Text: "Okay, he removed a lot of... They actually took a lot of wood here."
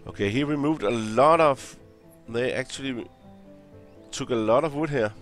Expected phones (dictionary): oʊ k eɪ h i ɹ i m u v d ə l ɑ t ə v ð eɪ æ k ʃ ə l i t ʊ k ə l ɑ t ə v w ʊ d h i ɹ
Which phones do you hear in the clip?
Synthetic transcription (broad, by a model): oʊ k eɪ h i w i m u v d ə l ɑ t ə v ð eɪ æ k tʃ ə l i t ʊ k ə l ɑ t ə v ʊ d h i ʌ